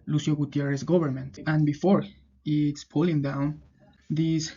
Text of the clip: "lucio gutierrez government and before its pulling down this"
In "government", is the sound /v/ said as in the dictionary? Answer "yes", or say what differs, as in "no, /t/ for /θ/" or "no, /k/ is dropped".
no, /b/ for /v/